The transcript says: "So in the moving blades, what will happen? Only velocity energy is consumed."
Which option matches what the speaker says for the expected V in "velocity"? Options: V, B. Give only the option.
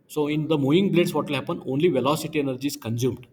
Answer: V